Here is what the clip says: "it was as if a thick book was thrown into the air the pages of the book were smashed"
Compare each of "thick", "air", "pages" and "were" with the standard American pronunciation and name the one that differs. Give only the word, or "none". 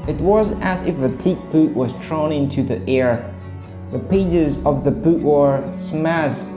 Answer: thick